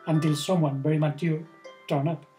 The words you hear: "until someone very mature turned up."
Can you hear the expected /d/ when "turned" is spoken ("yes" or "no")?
no